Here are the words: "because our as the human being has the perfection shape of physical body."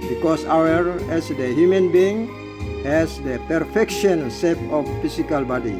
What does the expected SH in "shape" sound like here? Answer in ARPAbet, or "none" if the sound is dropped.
S